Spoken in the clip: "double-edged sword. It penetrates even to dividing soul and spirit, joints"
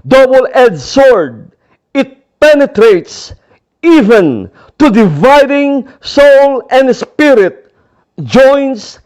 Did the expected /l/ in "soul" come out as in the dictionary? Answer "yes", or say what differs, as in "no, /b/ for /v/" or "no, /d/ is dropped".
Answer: yes